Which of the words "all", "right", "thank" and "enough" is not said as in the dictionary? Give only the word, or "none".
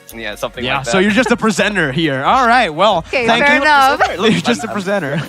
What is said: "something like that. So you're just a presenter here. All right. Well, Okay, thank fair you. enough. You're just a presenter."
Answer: enough